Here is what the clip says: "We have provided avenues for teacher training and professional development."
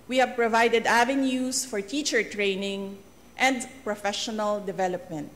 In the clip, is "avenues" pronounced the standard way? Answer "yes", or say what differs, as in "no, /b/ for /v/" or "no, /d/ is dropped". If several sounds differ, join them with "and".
no, /s/ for /z/